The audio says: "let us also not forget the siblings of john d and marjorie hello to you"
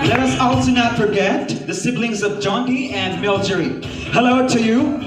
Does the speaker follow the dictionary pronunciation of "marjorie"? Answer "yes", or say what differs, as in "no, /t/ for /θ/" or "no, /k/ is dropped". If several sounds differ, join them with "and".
no, /l/ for /ɹ/